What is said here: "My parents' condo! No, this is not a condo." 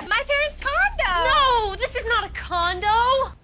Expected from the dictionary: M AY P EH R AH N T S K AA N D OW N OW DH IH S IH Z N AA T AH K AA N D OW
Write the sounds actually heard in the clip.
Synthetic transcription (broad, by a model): M AY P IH R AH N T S K AA N D OW N OW DH IH S IH Z N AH T AH K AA N D OW